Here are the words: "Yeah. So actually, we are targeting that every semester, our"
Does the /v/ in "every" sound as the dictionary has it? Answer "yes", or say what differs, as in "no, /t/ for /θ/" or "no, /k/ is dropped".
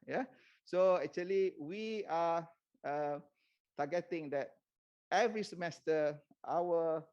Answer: yes